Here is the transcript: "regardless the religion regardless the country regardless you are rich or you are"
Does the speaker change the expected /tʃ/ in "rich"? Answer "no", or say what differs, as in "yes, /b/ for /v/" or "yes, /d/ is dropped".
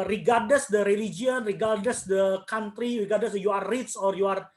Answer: yes, /s/ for /tʃ/